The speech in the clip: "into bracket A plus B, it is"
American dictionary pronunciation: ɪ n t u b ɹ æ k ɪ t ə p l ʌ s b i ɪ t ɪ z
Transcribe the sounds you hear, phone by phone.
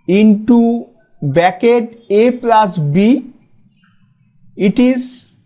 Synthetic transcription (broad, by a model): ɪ n t u b æ k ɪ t ə p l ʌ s b i ɪ t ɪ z